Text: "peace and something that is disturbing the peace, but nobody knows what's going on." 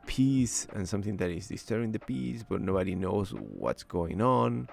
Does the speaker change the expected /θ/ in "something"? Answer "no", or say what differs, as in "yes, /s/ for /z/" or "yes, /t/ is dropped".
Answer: no